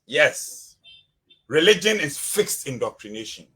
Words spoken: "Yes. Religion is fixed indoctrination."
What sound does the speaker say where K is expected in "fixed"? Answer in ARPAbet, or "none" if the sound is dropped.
K